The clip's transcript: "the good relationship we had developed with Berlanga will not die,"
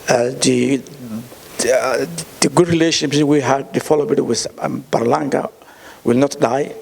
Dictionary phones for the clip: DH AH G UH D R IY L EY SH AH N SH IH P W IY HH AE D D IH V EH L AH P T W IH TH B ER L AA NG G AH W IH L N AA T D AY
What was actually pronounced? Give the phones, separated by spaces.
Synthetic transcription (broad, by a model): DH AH G UH D R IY L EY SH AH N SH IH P W IY HH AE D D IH F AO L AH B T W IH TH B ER L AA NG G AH W IH L N AA T D AY